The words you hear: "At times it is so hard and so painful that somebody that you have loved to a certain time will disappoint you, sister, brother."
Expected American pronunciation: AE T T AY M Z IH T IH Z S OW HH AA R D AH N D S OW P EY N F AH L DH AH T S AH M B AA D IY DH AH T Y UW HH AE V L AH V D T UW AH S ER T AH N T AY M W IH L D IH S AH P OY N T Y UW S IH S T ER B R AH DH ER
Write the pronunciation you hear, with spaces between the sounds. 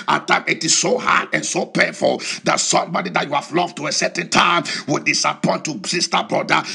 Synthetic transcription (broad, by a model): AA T T AY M IH T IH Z S OW HH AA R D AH N S OW P EY N F AH L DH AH T S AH M B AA D IY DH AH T Y UW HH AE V L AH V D T UW AH S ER T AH N T AY M W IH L D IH S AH P OY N T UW S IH S T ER B R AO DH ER